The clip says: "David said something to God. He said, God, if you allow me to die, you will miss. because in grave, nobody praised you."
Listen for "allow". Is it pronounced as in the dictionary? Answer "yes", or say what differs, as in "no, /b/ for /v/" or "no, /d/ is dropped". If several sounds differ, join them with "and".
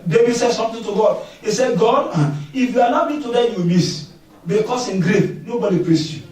no, /n/ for /l/